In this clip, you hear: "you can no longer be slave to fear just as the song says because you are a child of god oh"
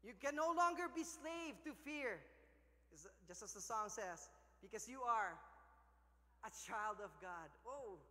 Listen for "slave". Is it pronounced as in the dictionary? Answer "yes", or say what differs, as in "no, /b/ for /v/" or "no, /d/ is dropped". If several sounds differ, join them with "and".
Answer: yes